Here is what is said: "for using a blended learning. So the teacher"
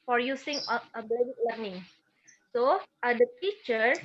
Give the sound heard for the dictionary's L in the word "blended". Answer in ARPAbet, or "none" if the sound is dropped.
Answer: none